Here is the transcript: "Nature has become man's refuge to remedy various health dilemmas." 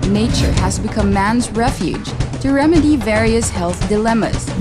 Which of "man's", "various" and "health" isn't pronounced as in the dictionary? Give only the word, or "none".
none